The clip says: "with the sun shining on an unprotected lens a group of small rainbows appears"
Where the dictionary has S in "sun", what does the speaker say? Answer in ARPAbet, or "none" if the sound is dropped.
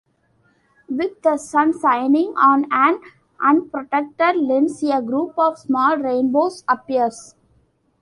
S